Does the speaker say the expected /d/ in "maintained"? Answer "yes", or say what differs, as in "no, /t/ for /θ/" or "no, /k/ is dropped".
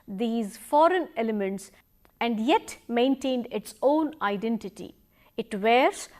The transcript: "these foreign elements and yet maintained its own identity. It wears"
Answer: yes